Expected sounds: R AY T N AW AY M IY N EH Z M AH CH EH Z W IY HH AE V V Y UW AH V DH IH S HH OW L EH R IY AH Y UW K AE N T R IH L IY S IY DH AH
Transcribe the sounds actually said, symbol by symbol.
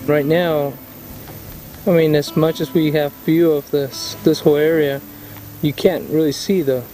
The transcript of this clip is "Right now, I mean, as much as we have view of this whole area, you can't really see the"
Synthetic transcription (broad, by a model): R AY T N AW AY M IY N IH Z M AH CH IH Z W IY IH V F Y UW AH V DH IH S HH OW L EH R IY AH Y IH K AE N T R IH L IY S IY DH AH